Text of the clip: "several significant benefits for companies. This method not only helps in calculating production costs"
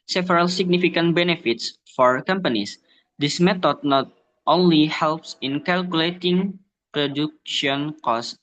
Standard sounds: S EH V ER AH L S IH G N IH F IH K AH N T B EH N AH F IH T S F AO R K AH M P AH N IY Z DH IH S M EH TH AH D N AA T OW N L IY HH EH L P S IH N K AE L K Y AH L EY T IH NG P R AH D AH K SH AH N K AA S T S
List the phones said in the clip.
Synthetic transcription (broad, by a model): S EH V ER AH L S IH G N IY F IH K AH N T B EH N AH F IH T S F AO R K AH M P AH N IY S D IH S M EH T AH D N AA T OW N L IY HH EH L P S IH N K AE L K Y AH L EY T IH NG P R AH D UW K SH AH N K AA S S